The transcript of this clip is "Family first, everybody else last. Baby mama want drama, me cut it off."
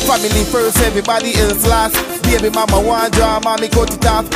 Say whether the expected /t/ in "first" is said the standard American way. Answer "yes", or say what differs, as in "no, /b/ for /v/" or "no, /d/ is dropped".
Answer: no, /t/ is dropped